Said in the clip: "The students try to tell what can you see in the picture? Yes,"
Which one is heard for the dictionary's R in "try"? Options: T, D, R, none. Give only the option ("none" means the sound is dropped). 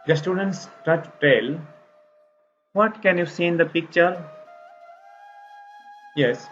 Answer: none